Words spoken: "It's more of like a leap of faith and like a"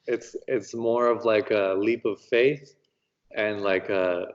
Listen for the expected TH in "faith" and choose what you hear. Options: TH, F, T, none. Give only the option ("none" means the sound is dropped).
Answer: TH